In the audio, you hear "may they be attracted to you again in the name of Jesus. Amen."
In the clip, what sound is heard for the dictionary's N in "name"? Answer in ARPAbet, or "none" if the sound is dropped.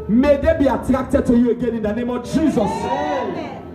N